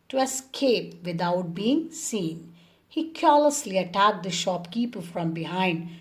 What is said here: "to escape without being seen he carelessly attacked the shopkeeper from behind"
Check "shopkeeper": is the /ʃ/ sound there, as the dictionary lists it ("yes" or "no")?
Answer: yes